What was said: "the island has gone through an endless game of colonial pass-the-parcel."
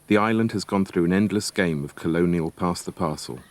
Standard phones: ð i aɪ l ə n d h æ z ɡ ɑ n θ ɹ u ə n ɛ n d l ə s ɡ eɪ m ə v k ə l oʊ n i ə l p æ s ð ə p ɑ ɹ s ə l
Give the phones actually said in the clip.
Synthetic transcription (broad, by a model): ð i aɪ l ə n d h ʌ z ɡ ɑ n θ ɹ u ə n ɛ n d l ə s ɡ eɪ m ə v k ə l oʊ n i ə l p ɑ s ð ə p ɑ s ə l